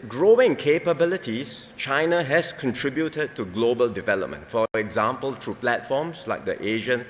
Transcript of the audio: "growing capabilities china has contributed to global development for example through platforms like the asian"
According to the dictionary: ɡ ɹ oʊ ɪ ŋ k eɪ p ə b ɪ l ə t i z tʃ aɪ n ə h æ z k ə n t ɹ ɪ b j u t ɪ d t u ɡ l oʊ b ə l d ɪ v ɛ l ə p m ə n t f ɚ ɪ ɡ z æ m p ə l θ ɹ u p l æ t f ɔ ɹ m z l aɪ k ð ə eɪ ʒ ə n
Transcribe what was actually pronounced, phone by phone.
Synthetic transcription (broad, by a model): ɡ ɹ oʊ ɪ ŋ k eɪ p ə b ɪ l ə t i s tʃ aɪ n ə h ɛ s k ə n t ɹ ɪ b j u t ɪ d t u ɡ l oʊ b ə l d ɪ v ɛ l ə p m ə n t f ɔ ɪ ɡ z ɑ m p ə l t ɹ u p l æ t f ɔ m s l aɪ k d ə eɪ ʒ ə n